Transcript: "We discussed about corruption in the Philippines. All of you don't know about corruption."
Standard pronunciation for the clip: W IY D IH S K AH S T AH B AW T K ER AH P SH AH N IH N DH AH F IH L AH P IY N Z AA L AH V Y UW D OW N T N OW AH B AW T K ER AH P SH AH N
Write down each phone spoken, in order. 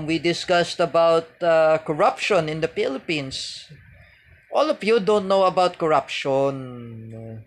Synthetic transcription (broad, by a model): W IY D IH S K AH S T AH B AW T K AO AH P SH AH N IH N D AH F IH L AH P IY N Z AA L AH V Y UW D OW N T N OW AH B AW T K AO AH P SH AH N